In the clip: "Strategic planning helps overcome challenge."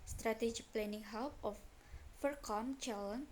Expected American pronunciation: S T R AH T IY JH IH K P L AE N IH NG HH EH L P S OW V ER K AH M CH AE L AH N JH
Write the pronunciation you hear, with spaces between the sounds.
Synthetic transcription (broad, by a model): S T R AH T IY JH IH P L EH N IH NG HH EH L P OW F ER K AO M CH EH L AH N